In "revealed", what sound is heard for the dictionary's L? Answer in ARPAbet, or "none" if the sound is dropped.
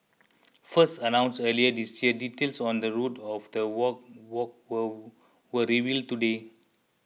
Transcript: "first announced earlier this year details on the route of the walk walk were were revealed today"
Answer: L